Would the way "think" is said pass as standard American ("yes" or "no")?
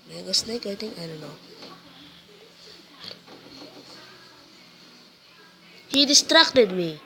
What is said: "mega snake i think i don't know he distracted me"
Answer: no